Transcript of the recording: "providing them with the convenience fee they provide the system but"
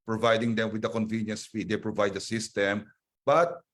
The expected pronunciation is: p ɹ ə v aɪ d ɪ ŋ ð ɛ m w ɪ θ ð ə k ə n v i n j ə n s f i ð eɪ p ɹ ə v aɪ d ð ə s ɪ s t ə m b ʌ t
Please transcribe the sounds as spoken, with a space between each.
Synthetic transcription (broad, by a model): p ɹ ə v aɪ d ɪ ŋ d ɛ m w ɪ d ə k ə n v i n j ə n s p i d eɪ p ɹ ə v aɪ d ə s ɪ s t ə m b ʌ t